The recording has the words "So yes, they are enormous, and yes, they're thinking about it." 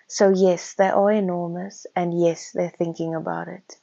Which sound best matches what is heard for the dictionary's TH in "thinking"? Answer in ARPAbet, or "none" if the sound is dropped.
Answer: TH